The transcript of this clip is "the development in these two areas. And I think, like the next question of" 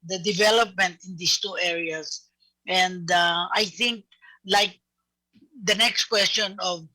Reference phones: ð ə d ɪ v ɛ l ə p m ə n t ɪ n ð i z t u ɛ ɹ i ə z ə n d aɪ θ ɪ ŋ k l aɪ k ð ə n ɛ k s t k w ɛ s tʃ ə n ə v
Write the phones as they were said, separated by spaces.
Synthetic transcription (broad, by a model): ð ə d ɪ v ɛ l ə p m ə n t ɪ n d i s t u ɛ ɹ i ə s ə n d aɪ θ ɪ ŋ k l aɪ k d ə n ɛ k s t k w ɛ s tʃ ə n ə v